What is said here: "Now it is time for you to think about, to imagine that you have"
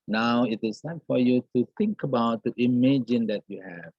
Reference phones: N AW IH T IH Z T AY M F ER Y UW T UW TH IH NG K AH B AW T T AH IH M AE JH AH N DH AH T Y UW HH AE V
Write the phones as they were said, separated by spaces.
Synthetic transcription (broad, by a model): N AW IH T IH Z S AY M F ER Y UW T UW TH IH NG K AH B AW T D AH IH M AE JH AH N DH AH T Y UW HH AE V